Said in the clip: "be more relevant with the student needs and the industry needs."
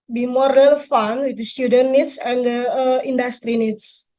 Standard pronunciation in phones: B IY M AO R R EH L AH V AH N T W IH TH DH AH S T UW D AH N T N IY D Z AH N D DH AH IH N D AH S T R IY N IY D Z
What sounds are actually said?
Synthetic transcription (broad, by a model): B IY M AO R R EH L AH F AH N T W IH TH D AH S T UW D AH N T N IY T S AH N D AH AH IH N D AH S T R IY N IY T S